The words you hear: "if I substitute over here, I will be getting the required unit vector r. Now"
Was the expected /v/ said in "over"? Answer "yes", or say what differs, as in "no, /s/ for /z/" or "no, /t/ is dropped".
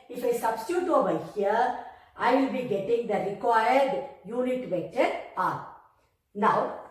no, /v/ is dropped